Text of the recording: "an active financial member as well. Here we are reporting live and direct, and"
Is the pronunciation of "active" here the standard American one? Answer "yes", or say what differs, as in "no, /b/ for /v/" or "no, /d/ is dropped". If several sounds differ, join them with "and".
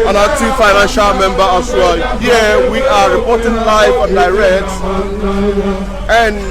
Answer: no, /k/ is dropped